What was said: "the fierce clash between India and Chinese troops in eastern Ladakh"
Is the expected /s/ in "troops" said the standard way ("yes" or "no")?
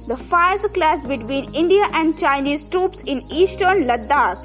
yes